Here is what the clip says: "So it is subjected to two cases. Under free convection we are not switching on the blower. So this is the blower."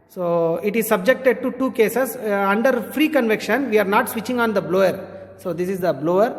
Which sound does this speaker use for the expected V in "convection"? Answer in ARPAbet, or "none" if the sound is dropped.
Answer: V